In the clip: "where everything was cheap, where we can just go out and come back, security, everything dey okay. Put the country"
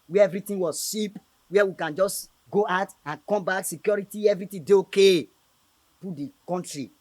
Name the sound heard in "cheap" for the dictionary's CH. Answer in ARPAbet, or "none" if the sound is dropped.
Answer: SH